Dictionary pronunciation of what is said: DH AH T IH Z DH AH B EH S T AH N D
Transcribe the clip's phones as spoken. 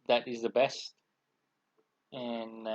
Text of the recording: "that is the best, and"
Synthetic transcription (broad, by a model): DH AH T IH Z DH AH B EH S T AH N